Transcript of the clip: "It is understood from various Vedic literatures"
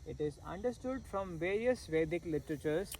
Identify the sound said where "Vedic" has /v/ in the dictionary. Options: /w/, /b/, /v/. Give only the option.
/v/